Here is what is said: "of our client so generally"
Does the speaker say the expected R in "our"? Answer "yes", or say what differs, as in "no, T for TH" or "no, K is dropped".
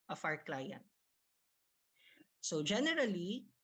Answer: yes